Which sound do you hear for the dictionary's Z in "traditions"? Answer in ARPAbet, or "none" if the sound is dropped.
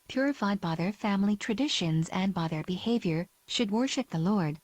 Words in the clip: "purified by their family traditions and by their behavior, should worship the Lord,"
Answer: Z